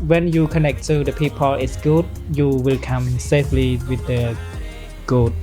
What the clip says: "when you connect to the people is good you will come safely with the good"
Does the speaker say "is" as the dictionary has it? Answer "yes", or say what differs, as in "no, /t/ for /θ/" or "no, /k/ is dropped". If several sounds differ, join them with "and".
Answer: no, /s/ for /z/